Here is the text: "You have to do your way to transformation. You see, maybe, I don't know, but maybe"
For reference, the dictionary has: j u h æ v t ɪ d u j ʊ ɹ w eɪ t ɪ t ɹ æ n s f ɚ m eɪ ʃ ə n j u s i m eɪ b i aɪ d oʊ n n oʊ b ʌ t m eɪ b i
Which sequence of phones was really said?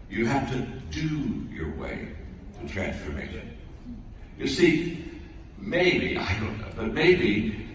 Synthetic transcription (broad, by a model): j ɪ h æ f t ɪ d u j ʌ ɹ w eɪ t ɪ t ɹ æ n s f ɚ m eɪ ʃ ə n j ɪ s i m eɪ b i aɪ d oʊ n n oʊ b ʌ t m eɪ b i